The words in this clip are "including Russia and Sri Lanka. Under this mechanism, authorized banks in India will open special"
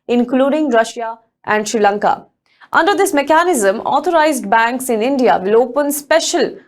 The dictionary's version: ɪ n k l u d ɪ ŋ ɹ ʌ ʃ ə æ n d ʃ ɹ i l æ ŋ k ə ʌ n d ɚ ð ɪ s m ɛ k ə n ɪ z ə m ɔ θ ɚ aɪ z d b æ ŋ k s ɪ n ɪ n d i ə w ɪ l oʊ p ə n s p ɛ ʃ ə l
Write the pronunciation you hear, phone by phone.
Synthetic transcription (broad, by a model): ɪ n k l u d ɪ ŋ ɹ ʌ ʃ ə æ n d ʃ ɹ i l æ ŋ k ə ʌ n d ɚ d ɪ s m ɛ k ə n ɪ z ə m ɔ t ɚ aɪ z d b æ ŋ k s ɪ n ɪ n d i ə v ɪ l oʊ p ə n s p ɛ ʃ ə l